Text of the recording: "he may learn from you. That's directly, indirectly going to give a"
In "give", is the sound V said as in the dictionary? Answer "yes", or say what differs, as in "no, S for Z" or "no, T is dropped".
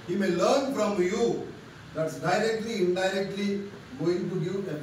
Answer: no, V is dropped